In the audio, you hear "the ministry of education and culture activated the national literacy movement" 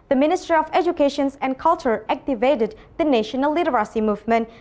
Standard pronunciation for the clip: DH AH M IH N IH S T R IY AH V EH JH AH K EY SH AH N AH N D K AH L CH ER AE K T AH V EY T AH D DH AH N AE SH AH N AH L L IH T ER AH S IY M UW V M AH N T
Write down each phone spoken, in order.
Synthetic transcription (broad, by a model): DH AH M IH N IH S T R IY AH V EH JH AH K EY SH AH N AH N K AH L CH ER AE K T AH V EY T AH D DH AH N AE SH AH N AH L N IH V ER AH S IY M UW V M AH N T